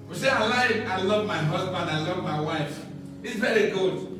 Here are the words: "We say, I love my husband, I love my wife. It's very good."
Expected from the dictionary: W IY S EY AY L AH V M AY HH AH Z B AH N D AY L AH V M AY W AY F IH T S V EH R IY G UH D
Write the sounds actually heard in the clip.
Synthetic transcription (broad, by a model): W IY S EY AY L AH V M AY HH AH Z B AH N D AY L AH V M AY W AY F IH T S V EH R IY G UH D